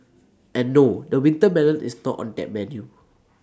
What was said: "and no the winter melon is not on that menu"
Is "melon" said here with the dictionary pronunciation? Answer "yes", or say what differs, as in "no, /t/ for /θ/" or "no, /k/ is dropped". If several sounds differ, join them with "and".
no, /n/ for /l/